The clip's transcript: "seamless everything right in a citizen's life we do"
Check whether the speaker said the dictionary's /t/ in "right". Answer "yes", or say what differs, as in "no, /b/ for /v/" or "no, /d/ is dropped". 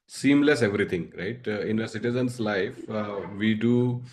yes